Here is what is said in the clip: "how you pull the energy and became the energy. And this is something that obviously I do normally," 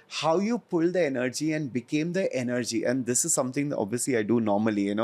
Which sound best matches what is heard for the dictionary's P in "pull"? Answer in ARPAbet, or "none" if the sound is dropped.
P